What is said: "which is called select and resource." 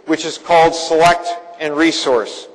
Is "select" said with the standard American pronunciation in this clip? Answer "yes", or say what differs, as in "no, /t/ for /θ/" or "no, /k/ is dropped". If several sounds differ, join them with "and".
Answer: yes